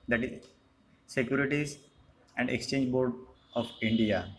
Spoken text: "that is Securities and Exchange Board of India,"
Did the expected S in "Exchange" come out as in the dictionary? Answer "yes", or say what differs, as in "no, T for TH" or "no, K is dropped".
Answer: yes